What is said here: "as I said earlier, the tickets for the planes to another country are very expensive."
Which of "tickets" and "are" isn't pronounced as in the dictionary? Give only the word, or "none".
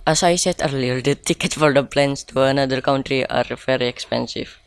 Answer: tickets